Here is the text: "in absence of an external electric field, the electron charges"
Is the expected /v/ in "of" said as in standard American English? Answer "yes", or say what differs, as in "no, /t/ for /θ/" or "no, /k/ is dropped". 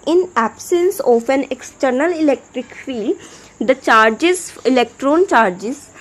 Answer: no, /p/ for /v/